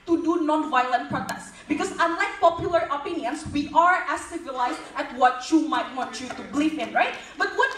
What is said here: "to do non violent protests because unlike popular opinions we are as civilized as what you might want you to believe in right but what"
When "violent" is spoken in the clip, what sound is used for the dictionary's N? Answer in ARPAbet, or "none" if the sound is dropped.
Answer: N